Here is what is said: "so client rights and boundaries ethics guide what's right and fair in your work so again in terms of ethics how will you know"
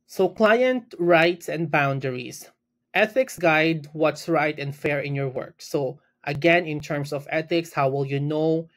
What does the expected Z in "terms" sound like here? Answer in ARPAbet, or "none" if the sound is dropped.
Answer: S